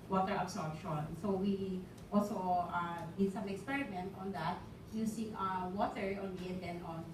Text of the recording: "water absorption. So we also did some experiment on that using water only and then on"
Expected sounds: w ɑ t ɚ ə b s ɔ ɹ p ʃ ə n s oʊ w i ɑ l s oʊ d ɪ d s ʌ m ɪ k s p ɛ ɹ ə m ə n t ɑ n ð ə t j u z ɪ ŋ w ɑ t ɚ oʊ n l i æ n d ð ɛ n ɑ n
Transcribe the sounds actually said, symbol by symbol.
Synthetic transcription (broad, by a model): w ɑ t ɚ ə b s ɔ ɹ p ʃ ə n s oʊ w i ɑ l s oʊ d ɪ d s ʌ m ɪ k s p ɛ ɹ ə m ə n t ɑ n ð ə t j u s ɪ ŋ w ɑ t ɚ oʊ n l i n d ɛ n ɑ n